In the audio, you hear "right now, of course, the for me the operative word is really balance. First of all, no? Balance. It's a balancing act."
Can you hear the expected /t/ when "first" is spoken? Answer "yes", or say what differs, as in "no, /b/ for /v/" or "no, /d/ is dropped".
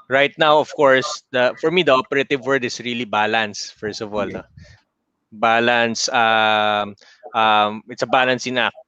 yes